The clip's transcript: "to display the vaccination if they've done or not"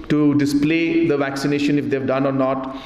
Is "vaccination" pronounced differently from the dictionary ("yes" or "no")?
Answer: no